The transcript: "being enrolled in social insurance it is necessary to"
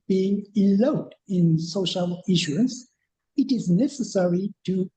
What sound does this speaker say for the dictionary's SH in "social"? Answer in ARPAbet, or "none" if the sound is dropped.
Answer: SH